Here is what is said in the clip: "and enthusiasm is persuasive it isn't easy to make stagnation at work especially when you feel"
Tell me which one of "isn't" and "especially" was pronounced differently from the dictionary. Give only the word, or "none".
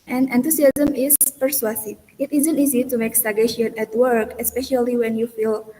none